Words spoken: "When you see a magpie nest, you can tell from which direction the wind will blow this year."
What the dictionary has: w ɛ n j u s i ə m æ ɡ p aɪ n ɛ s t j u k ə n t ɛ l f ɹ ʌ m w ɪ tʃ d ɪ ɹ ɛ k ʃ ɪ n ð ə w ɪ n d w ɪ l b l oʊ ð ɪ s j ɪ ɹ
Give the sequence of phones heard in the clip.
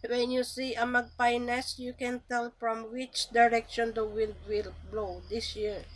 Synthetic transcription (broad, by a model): w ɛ n j u s i ə m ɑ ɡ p aɪ n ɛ s j u k ə n t ɛ l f ɹ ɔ m w ɪ tʃ d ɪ ɹ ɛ k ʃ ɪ n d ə w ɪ l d w ɪ l b l oʊ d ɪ s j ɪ ɹ